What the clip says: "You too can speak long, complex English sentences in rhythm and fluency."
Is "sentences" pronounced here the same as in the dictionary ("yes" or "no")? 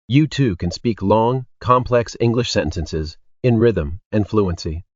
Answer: yes